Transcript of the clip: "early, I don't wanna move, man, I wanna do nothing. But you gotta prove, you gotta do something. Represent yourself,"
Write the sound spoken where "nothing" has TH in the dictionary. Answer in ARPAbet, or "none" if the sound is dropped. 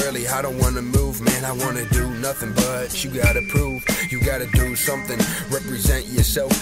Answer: TH